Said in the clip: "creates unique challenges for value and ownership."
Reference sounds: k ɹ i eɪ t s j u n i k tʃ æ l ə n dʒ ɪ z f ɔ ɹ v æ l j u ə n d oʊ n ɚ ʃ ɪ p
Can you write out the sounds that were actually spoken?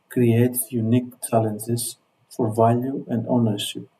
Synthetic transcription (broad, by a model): k ɹ i eɪ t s j u n i k tʃ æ l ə n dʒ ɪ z f ɔ ɹ v æ l j u ə n d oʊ n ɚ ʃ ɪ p